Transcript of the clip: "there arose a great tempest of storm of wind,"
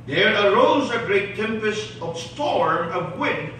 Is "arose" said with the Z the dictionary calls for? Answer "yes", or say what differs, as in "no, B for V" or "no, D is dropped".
yes